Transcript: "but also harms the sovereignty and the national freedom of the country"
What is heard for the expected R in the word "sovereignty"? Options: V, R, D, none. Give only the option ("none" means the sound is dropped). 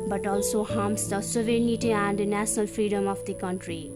none